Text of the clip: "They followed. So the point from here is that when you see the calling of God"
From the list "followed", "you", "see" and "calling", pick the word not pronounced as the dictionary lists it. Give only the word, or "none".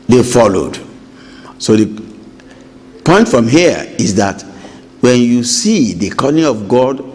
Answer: calling